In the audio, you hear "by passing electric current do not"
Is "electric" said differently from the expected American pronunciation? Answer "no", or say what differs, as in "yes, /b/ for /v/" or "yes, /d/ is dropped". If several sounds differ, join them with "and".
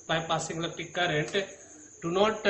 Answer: yes, /ɹ/ is dropped